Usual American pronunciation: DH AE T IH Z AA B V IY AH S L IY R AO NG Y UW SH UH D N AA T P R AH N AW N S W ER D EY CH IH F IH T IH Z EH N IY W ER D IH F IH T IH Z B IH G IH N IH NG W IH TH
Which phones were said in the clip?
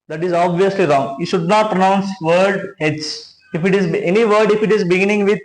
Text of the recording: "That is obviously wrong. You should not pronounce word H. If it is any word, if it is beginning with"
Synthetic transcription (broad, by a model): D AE T IH Z AA B V IY AH S L IY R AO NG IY SH UH D N AA T P R AH N AW N S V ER D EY S IH F IH T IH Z EH N IY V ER D IH F IH T IH Z B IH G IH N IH NG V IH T